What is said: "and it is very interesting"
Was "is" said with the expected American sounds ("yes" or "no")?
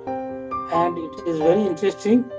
yes